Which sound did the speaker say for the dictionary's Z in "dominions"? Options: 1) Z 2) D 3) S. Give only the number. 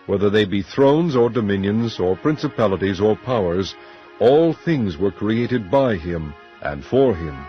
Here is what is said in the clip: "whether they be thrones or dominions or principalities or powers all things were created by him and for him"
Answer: 1